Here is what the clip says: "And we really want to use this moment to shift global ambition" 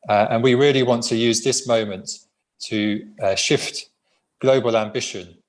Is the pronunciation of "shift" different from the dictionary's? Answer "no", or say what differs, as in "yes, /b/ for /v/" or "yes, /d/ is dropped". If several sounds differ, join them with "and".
no